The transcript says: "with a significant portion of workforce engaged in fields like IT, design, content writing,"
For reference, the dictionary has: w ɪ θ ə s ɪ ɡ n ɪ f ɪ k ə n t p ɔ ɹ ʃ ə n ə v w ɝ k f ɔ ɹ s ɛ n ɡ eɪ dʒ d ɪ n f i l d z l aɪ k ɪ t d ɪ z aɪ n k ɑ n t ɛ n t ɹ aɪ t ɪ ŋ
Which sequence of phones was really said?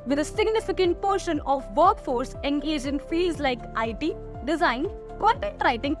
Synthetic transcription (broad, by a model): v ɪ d ə s ɪ ɡ n ɪ f ɪ k ə n t p ɔ ɹ ʃ ə n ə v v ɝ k f ɔ ɹ s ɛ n ɡ eɪ dʒ ɪ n f i l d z l aɪ k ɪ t d ɪ z aɪ n k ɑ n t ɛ t ɹ aɪ t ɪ ŋ